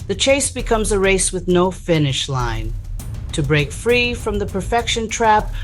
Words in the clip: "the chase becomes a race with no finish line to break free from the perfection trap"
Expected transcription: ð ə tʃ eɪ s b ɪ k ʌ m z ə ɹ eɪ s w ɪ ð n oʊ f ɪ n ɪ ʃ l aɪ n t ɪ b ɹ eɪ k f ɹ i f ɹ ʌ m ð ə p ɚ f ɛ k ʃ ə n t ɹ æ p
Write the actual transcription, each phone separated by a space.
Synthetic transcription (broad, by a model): ð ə tʃ eɪ s b ɪ k ʌ m z ə ɹ eɪ s w ɪ ð n oʊ f ɪ n ɪ ʃ l aɪ n t ɪ b ɹ eɪ k f ɹ i f ɹ ʌ m ð ə p ɚ f ɛ k ʃ ə n t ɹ æ p